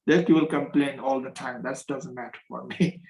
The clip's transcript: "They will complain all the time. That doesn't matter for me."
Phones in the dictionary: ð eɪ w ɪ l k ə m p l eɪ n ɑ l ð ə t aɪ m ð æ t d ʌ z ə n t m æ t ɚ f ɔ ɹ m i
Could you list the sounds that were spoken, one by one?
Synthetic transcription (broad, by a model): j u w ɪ l k ə m p l eɪ n ɑ l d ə t aɪ m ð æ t d ʌ z ə n t m æ t ɚ f ɔ ɹ m i